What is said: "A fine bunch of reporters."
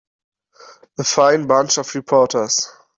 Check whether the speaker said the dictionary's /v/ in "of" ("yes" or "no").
no